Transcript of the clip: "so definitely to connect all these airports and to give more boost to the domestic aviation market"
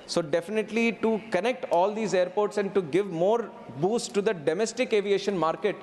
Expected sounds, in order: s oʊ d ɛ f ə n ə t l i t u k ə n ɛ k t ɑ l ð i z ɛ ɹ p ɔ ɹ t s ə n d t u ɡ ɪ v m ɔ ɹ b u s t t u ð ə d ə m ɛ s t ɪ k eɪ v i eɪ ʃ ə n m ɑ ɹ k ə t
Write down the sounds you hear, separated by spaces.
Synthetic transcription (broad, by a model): s oʊ d ɛ f ə n ə t l i t u k ə n ɛ k t ɑ l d i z ɛ ɹ p ɔ ɹ t s ə n d t u ɡ ɪ v m ɔ ɹ b u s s t u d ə d ə m ɛ s t ɪ k eɪ v i eɪ ʃ ə n m ɑ ɹ k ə t